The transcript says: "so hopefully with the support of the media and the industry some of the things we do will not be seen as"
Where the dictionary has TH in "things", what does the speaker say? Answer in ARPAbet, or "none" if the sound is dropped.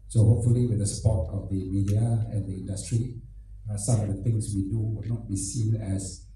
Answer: T